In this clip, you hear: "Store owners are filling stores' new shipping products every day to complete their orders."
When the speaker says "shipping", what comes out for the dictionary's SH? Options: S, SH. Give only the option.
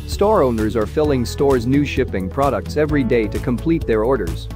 SH